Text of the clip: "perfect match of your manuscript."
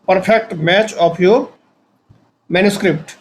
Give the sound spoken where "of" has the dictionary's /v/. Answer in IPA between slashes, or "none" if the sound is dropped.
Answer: /p/